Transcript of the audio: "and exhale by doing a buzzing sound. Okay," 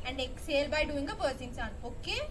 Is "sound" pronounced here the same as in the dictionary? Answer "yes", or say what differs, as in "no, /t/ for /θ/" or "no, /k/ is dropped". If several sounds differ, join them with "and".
no, /d/ is dropped